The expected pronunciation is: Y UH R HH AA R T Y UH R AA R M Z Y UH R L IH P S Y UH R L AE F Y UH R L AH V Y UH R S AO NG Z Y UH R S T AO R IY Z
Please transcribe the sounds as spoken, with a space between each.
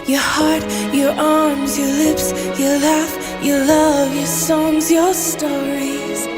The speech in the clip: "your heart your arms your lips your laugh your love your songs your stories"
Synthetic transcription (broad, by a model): Y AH R HH AA R T Y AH R AA R M Z Y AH R L IH P S Y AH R L AE F Y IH L AH V Y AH R S AO NG Z Y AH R S T AO R IY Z